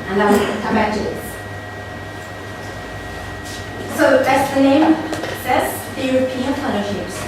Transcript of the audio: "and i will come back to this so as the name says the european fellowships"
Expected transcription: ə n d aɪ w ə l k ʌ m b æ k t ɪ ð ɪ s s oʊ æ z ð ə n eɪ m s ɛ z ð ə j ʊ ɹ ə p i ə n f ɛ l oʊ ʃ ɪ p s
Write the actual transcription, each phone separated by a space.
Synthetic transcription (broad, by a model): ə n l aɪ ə k ʌ m b æ k t ɪ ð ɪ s s oʊ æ s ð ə n eɪ m s ɛ z ð ə j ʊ ɹ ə p i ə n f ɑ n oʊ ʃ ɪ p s